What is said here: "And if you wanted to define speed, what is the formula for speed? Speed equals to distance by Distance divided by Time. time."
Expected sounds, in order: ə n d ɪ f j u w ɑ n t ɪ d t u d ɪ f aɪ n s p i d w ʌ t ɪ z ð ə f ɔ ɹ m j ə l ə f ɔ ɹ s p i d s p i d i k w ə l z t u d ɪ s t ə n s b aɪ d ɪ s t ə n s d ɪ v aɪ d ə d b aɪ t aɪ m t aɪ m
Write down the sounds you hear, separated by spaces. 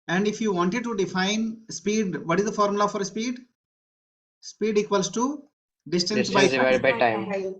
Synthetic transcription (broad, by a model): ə n d ɪ f j u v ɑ n t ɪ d t u d ɪ f aɪ n s p i d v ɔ t ɪ z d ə f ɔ ɹ m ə l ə f ɔ ɹ s p i d s p i d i k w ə l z t u d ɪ s t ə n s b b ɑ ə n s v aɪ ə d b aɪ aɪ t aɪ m